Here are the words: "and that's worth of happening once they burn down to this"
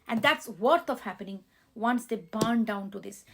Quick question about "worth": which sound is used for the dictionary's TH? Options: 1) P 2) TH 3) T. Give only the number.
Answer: 3